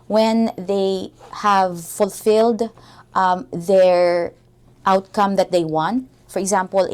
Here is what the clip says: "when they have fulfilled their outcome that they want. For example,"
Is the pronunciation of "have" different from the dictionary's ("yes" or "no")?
no